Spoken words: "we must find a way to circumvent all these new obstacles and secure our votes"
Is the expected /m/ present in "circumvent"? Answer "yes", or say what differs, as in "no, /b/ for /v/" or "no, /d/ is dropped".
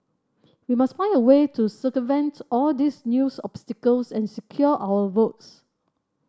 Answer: no, /m/ is dropped